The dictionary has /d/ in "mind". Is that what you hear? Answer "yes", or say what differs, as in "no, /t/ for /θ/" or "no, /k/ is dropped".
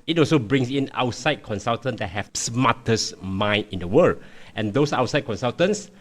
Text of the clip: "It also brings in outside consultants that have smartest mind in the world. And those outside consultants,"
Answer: no, /d/ is dropped